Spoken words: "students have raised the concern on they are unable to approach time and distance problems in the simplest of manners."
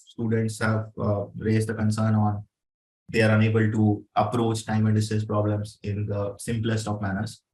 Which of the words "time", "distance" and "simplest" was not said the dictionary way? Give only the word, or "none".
distance